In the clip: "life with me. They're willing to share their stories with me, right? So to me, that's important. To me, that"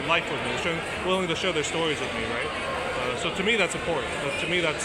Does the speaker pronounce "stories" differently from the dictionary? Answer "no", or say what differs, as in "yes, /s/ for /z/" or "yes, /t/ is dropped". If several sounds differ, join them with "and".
no